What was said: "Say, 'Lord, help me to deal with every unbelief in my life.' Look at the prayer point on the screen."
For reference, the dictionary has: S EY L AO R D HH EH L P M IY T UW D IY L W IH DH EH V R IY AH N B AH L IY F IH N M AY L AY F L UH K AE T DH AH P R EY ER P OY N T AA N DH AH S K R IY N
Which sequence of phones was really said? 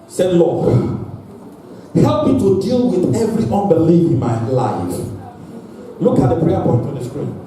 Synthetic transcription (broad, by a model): S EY L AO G HH EH L P M IY T UW D IY L W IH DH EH V R IY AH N B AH L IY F IH N M AY L AY F L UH K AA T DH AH P R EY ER P OY N T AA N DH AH S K R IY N